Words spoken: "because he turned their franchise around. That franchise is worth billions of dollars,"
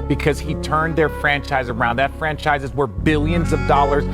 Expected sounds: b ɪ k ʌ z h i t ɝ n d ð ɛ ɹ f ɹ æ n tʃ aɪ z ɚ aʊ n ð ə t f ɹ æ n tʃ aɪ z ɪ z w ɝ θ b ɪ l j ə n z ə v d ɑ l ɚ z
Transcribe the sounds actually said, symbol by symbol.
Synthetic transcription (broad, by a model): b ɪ k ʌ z h i t ɝ n ð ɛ ɹ f ɹ æ n tʃ aɪ z ɚ aʊ n ð ə t f ɹ æ n tʃ aɪ z ɪ z w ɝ b ɪ l j ə n z ə v d ɑ l ɚ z